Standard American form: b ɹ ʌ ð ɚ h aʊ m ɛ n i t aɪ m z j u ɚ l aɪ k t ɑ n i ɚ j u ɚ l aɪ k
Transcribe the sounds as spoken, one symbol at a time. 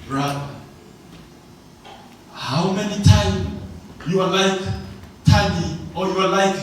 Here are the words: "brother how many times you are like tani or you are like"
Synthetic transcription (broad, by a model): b ɹ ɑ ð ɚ h aʊ m ɛ n i t aɪ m j u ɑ l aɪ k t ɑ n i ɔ j u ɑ l aɪ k